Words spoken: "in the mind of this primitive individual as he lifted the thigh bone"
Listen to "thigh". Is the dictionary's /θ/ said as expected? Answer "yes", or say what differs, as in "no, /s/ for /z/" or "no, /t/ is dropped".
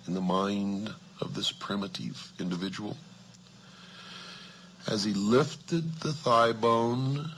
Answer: yes